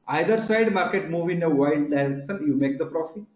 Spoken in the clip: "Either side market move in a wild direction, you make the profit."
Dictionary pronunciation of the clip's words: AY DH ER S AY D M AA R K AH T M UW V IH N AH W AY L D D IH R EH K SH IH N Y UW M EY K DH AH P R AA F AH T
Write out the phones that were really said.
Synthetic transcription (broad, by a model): AY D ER S AY D M AA R K AH T M UW V IH N AH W AY D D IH R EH K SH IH N Y UW M EY K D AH P R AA F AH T